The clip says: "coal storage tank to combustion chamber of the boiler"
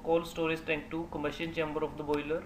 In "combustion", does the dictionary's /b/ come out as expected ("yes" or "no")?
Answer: no